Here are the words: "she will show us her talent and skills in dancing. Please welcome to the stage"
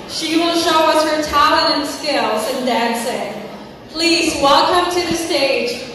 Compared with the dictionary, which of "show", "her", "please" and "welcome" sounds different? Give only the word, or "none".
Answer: none